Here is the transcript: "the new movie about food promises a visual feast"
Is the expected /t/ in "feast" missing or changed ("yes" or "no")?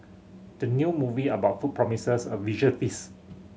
yes